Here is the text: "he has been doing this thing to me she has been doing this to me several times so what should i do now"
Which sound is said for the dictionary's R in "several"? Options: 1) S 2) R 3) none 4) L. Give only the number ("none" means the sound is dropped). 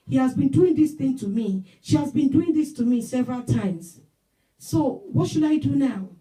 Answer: 2